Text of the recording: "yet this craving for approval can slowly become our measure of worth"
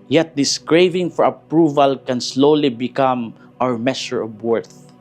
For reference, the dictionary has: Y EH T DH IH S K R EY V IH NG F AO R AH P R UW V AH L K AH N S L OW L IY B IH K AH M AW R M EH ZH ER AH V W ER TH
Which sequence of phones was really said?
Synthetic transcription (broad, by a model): Y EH T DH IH S K R EY V IH NG F AO R AH P R UW V AH L K AH N S L OW L IY B IH K AH M AW R M EH SH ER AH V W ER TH